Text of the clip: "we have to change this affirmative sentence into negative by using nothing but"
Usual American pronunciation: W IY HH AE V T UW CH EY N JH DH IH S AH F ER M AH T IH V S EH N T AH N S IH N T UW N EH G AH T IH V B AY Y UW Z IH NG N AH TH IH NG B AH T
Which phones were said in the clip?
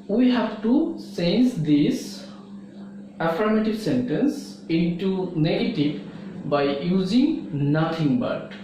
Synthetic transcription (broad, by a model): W IY HH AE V T UW S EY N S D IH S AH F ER M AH T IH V S EH N T AH N S IH N T UW N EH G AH T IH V B AY Y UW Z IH NG N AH T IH NG B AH T